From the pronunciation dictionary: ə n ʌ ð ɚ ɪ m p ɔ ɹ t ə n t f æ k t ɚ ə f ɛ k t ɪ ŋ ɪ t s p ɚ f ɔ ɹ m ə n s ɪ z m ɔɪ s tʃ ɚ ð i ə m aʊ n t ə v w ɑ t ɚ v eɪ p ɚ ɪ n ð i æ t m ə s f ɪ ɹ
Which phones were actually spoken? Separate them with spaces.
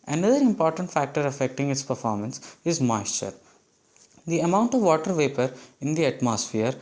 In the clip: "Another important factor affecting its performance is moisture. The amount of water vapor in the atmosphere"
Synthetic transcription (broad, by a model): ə n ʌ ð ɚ ɪ m p ɔ ɹ t ə n t f æ k t ɚ ə f ɛ k t ɪ ŋ ɪ t s p ɚ f ɔ ɹ m ə n s ɪ z m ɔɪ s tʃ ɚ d i ə m aʊ n t ə v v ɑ t ɚ v eɪ p ɚ ɪ n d i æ t m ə s f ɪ ɹ